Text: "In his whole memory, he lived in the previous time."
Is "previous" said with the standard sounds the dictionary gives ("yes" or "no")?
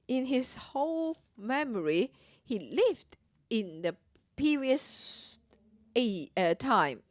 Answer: no